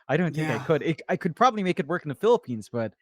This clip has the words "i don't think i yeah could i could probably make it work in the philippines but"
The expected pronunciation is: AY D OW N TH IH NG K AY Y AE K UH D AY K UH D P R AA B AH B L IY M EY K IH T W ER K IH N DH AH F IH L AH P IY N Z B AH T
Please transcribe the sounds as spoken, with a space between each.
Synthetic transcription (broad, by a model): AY D OW N TH IH NG K AY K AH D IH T AY K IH D P R AA B AH B L IY M EY K IH T W ER K N DH AH F IH L AH P IY N Z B AH T